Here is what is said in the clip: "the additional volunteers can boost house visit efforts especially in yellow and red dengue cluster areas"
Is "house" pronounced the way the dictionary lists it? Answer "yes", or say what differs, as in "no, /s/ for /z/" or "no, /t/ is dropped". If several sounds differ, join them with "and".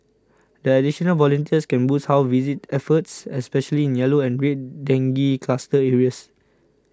no, /s/ is dropped